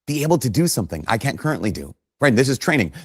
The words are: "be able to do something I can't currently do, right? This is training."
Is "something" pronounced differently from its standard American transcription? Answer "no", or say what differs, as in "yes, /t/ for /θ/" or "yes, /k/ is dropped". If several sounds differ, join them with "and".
no